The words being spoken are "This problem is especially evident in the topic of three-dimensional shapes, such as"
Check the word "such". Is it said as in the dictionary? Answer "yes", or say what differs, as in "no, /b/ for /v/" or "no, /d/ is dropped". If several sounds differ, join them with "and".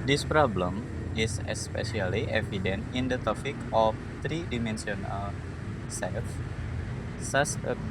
no, /s/ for /tʃ/